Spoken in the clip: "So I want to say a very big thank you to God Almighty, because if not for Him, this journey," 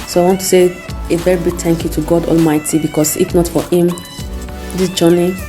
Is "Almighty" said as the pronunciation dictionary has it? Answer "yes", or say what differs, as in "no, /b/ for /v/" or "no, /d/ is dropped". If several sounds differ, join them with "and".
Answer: yes